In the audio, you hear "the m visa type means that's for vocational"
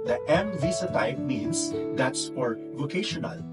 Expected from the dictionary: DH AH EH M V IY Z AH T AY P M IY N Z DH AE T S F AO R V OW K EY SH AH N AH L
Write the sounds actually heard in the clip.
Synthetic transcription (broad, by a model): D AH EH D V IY S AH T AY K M IY N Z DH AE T S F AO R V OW K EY SH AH N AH L